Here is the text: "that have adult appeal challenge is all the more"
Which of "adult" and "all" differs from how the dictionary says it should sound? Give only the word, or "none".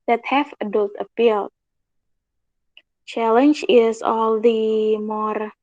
none